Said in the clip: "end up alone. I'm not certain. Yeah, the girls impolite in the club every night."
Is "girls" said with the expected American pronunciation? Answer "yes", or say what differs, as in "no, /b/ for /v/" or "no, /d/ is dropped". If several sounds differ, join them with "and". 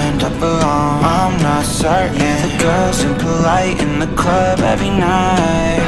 no, /l/ is dropped